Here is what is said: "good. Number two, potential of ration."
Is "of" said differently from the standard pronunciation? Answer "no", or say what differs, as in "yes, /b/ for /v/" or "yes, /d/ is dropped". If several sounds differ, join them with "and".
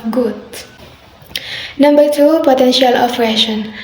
yes, /p/ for /v/